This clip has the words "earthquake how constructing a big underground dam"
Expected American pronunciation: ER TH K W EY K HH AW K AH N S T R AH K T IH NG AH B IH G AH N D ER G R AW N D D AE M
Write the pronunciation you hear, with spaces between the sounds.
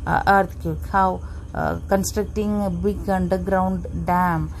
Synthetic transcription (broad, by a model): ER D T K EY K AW K AH N S T R AH K T IH NG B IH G AH N D ER G R AW N D D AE M